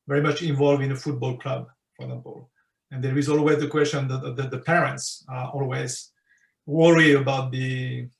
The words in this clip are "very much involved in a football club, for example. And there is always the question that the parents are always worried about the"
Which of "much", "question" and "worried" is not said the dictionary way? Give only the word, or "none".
worried